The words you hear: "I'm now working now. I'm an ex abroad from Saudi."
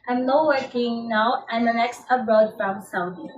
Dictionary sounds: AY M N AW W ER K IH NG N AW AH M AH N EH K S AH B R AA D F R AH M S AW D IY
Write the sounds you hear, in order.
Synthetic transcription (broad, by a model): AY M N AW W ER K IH NG N AW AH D AH N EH K S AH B AA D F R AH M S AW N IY